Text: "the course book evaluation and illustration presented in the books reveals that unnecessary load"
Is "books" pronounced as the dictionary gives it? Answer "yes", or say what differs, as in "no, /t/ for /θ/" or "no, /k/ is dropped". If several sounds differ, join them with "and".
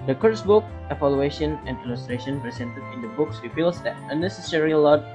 yes